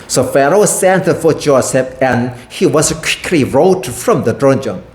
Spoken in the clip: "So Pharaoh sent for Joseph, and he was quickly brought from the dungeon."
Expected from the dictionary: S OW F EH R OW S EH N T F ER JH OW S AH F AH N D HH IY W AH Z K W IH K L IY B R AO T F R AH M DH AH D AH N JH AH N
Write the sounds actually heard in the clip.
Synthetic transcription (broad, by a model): S OW F EH R OW S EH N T F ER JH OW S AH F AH N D HH IY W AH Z K W IH K L IY R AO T F R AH M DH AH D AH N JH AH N